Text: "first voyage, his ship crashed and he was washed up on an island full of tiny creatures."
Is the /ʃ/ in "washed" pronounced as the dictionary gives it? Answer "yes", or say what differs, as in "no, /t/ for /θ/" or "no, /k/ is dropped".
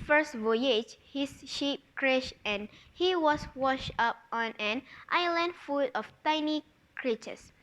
yes